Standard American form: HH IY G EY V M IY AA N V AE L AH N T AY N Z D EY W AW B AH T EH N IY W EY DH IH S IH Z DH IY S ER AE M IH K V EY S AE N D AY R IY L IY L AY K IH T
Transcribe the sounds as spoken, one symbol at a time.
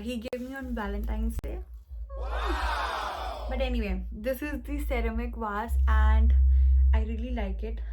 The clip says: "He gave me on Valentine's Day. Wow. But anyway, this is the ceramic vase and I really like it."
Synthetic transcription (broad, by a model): HH IY G EY V M IY AA N B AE L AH N T AY N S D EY B AH T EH N IY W EY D IH S IH Z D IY S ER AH M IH K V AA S AE N D AY R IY L IY L AY K IH T